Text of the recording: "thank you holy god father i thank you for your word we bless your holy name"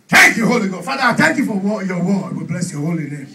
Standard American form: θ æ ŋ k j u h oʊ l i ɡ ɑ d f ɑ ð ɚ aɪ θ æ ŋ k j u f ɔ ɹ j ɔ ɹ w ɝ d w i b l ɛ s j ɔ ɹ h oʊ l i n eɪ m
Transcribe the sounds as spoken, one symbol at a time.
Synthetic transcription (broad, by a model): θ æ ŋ k j u h oʊ l i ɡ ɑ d f ɑ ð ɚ aɪ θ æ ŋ k j u f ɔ w j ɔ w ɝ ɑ w i b l ɛ s j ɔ h oʊ l i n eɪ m